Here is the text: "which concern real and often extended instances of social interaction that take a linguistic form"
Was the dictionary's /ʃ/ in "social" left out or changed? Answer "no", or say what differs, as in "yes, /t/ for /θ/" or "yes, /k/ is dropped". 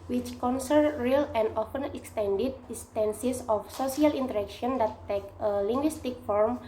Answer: yes, /s/ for /ʃ/